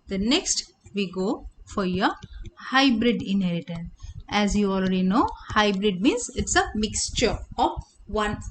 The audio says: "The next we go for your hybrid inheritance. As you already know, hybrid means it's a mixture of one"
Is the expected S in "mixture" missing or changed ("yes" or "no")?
no